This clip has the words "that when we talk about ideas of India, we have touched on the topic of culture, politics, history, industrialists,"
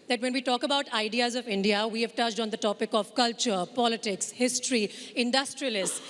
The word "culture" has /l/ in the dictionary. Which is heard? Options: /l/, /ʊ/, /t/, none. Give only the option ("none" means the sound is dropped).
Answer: /l/